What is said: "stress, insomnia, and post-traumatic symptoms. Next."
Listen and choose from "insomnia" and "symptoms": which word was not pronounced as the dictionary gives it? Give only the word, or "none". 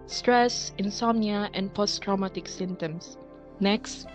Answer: symptoms